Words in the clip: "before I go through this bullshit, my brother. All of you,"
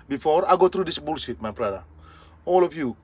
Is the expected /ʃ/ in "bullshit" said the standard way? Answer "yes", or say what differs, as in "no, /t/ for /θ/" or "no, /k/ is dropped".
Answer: no, /s/ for /ʃ/